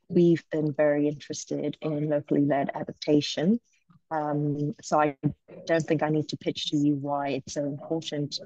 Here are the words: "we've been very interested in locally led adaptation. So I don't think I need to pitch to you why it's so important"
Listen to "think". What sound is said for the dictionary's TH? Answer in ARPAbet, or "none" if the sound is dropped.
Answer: TH